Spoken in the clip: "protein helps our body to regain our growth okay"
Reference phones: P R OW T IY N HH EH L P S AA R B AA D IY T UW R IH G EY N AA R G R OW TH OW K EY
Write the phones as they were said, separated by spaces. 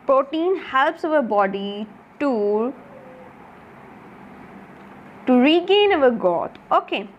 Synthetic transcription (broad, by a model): P R OW T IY N HH EH L P S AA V B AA D IY T UW R IH G EY N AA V G OW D OW K EY